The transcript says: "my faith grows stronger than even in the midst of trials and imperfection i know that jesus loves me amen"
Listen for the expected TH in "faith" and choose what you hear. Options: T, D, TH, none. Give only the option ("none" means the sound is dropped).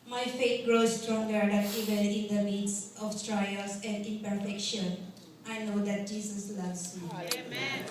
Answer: T